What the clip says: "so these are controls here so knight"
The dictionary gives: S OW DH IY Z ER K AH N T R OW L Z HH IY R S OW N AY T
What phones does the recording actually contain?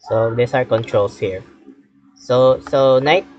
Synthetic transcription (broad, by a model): S OW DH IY S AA K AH N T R OW L S HH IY R S OW N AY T